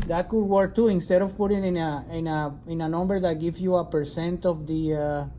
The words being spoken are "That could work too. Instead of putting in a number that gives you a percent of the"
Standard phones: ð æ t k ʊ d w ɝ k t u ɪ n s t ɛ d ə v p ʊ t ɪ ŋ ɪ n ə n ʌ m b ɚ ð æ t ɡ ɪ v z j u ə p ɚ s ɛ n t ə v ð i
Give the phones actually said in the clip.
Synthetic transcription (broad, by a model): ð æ t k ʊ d w ɝ k t u ɪ n s t ɛ d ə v p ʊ t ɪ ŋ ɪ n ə n ʌ m b ɚ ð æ t ɡ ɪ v j u ə p ɚ s ɛ n t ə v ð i